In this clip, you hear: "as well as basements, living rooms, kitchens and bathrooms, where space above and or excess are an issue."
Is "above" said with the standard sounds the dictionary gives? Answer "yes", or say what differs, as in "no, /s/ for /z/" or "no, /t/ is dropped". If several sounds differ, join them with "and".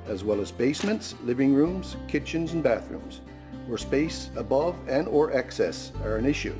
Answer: yes